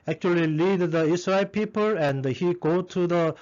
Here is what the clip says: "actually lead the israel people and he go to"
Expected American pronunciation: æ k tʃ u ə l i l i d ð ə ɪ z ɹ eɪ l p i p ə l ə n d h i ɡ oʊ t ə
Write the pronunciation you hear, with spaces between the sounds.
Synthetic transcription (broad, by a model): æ k tʃ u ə l i l i d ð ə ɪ s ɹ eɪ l p i p ə l ə n d h i ɡ oʊ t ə